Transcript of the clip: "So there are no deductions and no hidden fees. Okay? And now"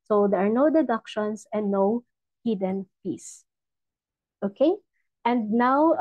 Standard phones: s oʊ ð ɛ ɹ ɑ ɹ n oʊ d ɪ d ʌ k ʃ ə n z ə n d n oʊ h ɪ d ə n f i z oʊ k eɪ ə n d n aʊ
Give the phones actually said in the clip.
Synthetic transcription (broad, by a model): s oʊ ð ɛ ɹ ɑ ɹ n oʊ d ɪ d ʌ k ʃ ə n s ə n d n oʊ h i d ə n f i s oʊ k eɪ ə n d n aʊ